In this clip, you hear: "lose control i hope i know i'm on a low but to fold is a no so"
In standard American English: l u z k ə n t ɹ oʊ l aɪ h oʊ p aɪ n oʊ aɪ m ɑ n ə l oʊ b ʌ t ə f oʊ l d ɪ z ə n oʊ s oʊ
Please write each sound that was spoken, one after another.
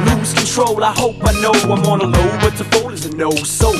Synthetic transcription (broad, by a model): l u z k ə n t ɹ oʊ l aɪ h oʊ p aɪ n oʊ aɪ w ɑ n ə l oʊ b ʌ t ə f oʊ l ɪ z ə n oʊ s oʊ